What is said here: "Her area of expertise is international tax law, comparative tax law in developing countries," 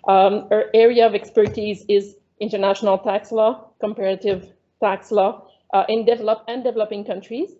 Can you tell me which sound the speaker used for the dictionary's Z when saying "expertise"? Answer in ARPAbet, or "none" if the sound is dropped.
Z